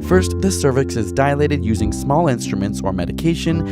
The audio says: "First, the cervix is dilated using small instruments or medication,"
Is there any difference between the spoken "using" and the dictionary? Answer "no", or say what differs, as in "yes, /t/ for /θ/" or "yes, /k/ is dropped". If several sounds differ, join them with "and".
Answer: no